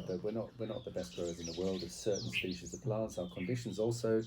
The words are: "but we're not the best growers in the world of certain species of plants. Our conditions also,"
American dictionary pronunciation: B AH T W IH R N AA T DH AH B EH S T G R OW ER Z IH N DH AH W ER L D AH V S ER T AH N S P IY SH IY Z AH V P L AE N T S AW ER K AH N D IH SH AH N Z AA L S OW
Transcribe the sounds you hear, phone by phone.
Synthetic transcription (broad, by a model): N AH T W IH R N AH T DH AH B EH S T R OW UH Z IH N DH AH W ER L D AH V S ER T N S P IY SH IY Z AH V P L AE N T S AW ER K AH N D IH SH AH N Z AA L S OW